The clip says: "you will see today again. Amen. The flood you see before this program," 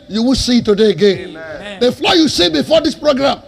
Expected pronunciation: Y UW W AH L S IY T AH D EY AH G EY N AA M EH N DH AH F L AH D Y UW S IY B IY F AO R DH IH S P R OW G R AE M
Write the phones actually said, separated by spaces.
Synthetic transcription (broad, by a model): Y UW W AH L S IY T AH D EY AH G EY N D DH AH F L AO Y UW S IY B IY F AO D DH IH S P R OW G R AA M